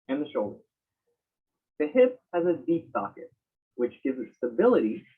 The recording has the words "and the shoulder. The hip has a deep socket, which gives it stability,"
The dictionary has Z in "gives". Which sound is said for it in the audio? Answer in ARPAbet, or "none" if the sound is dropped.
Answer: Z